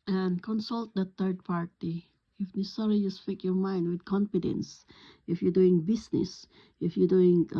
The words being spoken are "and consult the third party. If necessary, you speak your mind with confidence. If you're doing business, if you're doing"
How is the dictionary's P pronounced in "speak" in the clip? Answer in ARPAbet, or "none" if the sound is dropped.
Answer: F